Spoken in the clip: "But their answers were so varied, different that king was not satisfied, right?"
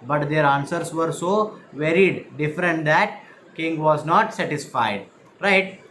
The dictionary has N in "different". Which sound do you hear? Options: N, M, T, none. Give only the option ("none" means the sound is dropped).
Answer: N